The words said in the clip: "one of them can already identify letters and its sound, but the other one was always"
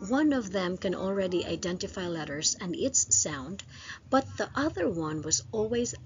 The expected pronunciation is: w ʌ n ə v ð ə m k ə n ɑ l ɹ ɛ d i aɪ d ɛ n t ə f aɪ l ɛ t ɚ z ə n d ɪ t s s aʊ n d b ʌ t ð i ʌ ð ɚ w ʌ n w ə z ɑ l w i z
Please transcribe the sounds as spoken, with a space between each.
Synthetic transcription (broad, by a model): w ʌ n ə v ð ə m k ə n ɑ l ɹ ɛ d i aɪ d ɛ n t ə f aɪ l ɛ t ɚ z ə n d ɪ t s s aʊ n d b ʌ t ð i ʌ ð ɚ w ʌ n w ə z ɑ l w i z